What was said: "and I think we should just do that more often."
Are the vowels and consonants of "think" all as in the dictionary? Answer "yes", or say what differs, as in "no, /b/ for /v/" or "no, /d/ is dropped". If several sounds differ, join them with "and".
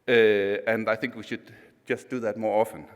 yes